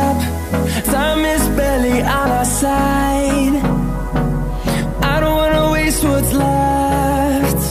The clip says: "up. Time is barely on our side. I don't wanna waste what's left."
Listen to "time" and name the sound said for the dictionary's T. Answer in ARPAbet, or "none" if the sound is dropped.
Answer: S